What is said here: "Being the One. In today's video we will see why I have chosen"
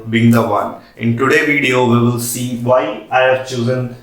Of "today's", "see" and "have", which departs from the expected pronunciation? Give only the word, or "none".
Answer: today's